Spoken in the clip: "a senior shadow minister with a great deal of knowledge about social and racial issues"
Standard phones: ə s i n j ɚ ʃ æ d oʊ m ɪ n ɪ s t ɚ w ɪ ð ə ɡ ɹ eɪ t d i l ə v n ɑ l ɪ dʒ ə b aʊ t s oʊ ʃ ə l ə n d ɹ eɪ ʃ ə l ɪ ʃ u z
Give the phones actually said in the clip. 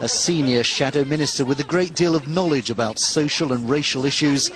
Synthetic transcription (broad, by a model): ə s i n j ɚ ʃ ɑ d oʊ m ɪ n ɪ s t ɚ w ɪ ð ə ɡ ɹ eɪ t d i l ə v n ɑ l ɪ dʒ ə b aʊ t s oʊ ʃ ə l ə n ɹ eɪ ʃ ə l ɪ ʃ u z